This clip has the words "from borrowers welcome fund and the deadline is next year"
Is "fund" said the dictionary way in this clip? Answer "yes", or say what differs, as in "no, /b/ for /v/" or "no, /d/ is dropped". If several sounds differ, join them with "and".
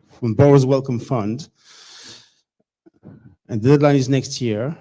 yes